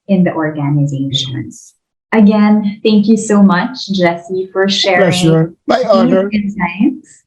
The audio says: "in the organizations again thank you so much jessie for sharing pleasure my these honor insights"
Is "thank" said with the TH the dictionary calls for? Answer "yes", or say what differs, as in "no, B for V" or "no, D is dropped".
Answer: yes